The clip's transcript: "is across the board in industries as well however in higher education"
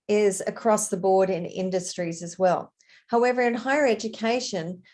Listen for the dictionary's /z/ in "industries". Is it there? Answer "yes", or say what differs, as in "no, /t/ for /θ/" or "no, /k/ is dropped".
yes